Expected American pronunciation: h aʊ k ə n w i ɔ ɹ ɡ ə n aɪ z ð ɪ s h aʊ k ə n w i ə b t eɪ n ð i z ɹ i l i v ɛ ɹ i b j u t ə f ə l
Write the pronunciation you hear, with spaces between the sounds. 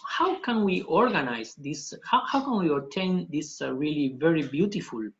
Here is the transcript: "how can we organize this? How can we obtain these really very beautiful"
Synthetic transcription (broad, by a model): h aʊ k ə n w i ɔ ɹ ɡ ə n aɪ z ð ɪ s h aʊ k ə n w i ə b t eɪ n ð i s ɹ i l i v ɛ ɹ i b j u t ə f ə l